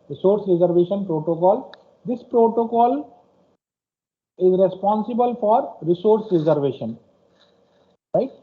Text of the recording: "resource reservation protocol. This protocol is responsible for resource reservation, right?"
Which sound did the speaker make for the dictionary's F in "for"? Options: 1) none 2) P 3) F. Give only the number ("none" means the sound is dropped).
3